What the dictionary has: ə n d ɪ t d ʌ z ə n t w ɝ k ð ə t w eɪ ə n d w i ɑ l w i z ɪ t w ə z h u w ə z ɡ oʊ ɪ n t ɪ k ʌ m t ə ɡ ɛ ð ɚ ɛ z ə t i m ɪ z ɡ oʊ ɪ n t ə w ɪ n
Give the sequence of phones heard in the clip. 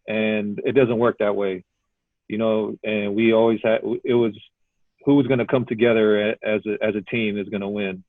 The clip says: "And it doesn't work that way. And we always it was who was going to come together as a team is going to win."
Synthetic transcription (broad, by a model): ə n ɪ t d ʌ z ə n t w ɝ k ð ə t w eɪ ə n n w i ɑ l w i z ɪ t w ə z h u w ə z ɡ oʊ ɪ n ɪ k ʌ m t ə ɡ ɛ ð ɚ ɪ z ə t i m ɪ z ɡ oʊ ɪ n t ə w ɪ n